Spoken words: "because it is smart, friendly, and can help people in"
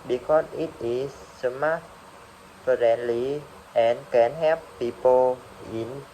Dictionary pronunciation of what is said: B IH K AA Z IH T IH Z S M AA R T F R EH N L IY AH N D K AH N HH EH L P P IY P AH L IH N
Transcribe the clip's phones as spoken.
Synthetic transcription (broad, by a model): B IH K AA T IH T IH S M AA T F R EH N L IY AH N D K AH N HH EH P P IY P AH L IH N